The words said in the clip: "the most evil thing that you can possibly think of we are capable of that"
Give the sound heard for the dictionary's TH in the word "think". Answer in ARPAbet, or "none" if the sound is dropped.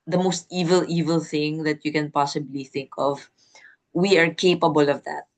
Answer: TH